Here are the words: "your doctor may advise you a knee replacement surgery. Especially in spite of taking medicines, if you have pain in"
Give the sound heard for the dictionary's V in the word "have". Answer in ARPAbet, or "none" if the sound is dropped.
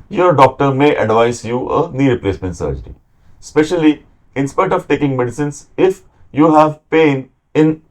V